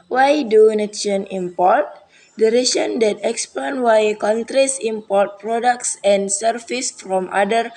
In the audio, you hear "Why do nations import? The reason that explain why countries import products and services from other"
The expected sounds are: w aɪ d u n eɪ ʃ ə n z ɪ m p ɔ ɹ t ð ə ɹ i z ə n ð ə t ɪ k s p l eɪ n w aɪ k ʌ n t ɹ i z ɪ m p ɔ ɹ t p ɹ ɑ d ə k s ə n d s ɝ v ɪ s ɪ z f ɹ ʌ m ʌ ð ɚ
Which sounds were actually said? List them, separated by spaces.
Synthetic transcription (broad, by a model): w aɪ d u n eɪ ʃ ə n ɪ m p ɔ ɹ t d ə ɹ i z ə n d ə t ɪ k s p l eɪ n w aɪ k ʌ n t ɹ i s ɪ m p ɔ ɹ t p ɹ ɑ d ə k s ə n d s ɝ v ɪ s f ɹ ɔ m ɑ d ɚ